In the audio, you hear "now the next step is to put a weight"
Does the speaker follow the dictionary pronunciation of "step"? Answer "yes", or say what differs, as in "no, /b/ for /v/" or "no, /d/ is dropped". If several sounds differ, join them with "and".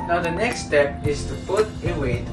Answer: yes